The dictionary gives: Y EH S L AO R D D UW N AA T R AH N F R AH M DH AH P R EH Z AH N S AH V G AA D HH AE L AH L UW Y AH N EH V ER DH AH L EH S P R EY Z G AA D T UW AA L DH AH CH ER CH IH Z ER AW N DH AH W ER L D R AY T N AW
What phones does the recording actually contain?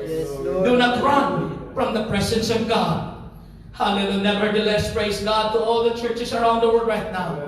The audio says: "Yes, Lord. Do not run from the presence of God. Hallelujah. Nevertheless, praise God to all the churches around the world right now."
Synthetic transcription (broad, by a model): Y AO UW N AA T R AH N F R AH M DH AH P R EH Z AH N S AH V G AA D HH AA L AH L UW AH N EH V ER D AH L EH S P R EY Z G AA D T UW AA L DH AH CH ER CH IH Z ER AW N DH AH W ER D R AY T N AW